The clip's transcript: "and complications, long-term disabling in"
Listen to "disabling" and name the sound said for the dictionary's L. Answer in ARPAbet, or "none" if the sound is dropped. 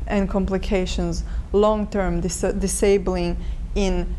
L